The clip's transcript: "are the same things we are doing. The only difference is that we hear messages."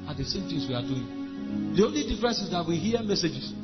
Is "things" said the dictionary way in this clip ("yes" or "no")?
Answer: no